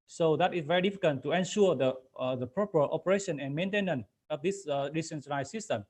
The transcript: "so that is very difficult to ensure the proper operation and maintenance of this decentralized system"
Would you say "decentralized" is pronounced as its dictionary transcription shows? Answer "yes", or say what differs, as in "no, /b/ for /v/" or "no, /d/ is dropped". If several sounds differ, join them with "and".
no, /ɹ/ is dropped